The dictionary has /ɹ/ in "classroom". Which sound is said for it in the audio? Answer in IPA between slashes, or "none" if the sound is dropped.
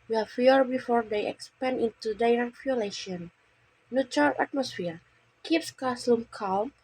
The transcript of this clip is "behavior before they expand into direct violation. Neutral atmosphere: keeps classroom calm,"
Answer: /l/